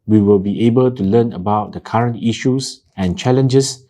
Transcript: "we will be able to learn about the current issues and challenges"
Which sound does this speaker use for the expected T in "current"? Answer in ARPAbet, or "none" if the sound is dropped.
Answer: T